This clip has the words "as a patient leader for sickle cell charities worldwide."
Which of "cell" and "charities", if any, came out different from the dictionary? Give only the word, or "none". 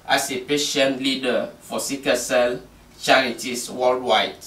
charities